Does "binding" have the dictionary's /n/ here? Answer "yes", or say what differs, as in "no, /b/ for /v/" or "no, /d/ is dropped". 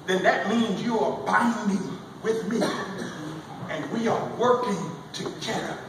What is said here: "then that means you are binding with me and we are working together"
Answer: yes